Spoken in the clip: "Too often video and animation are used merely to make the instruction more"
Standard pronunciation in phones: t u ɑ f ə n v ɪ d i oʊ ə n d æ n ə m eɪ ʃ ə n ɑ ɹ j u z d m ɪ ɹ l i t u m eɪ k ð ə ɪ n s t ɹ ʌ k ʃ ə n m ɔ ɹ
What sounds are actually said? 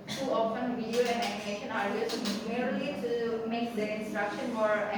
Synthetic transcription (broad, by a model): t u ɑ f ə n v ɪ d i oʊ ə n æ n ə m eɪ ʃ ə n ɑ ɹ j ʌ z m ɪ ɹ l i t u m eɪ k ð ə ɪ n s t ɹ ʌ k ʃ ə n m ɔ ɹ